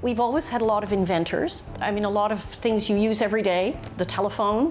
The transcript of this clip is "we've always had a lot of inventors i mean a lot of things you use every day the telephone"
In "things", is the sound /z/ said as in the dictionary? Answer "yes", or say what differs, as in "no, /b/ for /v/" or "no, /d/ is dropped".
yes